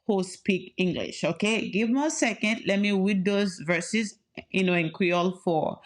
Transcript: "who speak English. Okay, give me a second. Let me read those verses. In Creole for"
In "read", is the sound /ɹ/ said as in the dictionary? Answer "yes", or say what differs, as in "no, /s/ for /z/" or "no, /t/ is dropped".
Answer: no, /w/ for /ɹ/